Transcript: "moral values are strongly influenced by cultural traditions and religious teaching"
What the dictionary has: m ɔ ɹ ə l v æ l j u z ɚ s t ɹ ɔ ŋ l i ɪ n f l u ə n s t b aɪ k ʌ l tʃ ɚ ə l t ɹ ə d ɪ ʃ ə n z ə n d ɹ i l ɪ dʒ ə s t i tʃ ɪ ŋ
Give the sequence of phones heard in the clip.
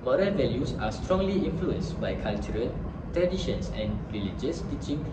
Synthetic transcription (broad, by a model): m ɔ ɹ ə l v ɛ l j u s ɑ s t ɹ ɔ ŋ l i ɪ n f l u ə n s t b aɪ k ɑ l tʃ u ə l t ɹ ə d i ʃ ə n s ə n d ɹ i l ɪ dʒ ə s t i tʃ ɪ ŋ